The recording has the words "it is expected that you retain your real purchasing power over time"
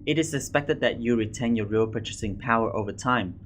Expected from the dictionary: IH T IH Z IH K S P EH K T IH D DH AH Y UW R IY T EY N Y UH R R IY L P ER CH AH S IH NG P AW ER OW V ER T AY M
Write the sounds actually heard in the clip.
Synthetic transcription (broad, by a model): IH T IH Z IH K S P EH K T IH D DH AH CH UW R IY T EY N Y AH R R IY L P ER CH AH S IH NG P AW ER OW V ER T AY M